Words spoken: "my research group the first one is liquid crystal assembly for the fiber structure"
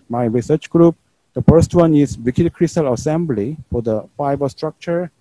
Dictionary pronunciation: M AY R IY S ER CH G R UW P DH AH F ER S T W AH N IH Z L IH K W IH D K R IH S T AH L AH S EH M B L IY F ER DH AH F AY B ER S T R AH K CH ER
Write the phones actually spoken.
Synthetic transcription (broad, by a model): M AY R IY S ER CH G R UW P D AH F ER S T W AH N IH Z W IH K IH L K R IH S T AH L AH S EH M B L IY F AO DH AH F AY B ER S T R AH K CH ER